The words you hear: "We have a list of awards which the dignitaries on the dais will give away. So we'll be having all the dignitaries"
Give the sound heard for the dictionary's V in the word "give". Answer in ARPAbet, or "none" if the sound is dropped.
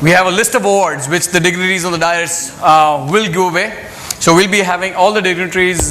none